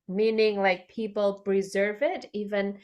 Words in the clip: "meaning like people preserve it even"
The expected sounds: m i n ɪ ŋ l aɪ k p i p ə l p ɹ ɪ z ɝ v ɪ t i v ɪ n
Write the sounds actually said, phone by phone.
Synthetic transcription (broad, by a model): m i n ɪ ŋ l aɪ k p i p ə l p ɹ ɪ z ɝ v ɪ t i v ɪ n